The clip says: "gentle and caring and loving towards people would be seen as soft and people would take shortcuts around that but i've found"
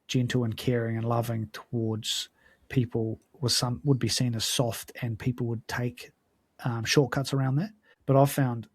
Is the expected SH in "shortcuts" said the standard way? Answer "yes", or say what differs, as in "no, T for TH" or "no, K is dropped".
yes